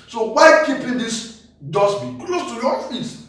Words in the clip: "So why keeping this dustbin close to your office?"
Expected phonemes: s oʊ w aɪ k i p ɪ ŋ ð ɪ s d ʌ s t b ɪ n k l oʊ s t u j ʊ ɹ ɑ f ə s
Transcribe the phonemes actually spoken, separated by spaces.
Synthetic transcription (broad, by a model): s oʊ w aɪ k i p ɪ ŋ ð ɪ s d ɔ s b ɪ k l oʊ s t u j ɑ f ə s